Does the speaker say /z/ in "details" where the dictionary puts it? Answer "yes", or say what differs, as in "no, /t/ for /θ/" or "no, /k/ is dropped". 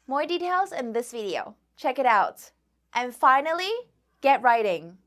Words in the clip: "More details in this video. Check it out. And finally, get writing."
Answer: yes